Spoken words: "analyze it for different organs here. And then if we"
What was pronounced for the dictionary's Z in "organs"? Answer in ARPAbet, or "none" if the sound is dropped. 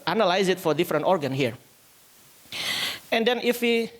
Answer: none